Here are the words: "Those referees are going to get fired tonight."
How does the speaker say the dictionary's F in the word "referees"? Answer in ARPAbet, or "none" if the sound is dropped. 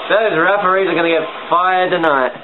P